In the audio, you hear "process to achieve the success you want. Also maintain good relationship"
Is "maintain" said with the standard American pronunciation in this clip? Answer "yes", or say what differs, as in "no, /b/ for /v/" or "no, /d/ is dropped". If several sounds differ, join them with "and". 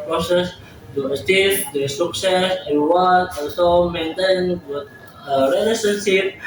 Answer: yes